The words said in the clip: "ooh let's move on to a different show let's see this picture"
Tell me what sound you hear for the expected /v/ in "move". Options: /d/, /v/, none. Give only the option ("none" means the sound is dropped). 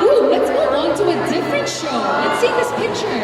none